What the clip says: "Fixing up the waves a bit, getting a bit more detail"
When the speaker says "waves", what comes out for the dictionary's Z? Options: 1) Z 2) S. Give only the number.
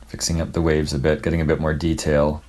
1